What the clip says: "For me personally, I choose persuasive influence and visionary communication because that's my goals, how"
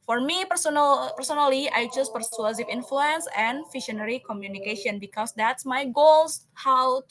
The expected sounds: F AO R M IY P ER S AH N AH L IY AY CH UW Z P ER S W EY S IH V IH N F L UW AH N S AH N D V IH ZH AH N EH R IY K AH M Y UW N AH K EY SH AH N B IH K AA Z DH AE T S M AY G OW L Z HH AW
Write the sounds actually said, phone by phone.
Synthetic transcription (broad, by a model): F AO R M IY P ER S AH N AH L IY AY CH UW S P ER S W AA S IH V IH N F L UW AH N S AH N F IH SH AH N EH R IY K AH M Y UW N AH K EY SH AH N B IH K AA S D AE T S M AY G OW L S HH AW